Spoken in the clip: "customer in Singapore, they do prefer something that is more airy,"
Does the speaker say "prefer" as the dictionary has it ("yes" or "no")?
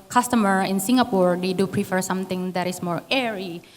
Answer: yes